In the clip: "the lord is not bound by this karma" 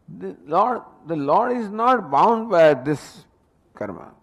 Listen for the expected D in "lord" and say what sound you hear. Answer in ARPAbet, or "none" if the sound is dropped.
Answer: D